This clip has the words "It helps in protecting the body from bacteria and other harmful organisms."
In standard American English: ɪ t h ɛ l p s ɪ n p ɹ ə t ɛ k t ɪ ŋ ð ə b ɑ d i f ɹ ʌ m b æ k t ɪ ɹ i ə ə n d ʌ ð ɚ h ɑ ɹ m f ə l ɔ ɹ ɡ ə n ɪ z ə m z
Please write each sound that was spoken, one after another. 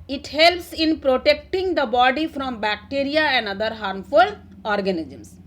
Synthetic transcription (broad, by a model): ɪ t h ɛ l p s ɪ n p ɹ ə t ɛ k t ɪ ŋ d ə b ɑ d i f ɹ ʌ m b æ k t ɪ ɹ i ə ə n d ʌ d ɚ h ɑ ɹ m f ə l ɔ ɹ ɡ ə n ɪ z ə m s